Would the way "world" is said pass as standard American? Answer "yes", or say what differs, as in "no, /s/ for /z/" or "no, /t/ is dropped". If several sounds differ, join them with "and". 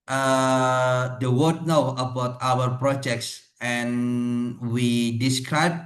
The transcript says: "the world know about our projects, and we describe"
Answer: no, /w/ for /l/